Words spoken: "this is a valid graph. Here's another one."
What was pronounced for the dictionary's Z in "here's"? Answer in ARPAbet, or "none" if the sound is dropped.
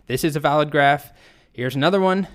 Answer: Z